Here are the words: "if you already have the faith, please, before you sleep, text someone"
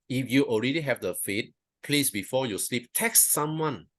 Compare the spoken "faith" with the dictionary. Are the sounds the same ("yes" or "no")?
no